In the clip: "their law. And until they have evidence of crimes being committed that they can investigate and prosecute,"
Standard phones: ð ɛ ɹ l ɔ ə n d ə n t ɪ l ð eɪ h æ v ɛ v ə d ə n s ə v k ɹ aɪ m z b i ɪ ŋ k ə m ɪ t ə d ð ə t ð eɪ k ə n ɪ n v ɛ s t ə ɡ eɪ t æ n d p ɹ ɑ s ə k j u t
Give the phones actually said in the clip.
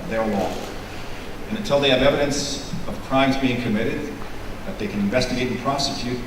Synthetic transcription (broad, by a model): ð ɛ ɹ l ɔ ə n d ə n t ɪ l ð eɪ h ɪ v ɛ v ə d ə n s ə v k ɹ aɪ m z b i ɪ ŋ k ə m ɪ t ə d ð ə t ð eɪ k ə n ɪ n v ɛ s t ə ɡ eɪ t n p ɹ ɑ s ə k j u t